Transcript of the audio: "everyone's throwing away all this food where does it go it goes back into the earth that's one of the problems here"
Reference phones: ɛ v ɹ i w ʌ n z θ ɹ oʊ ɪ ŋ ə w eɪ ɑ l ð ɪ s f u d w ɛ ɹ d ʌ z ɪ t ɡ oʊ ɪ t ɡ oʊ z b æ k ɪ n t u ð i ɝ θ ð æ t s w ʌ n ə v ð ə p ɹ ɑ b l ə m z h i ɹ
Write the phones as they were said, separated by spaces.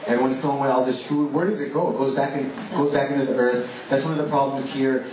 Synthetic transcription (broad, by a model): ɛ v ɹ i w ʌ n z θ oʊ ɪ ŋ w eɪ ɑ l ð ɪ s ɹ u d w ɛ ɹ d ʌ z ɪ t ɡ oʊ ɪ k ɡ oʊ z b æ k ɪ n t u ð i ɝ θ ð æ t s w ʌ n ə v ð ə p ɹ ɑ b l ə m z h i ɹ